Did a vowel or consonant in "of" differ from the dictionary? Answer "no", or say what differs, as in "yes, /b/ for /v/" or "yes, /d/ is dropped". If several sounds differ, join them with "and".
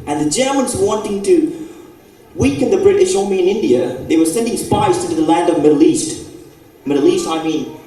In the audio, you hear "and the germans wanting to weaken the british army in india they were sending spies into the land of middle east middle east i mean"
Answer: no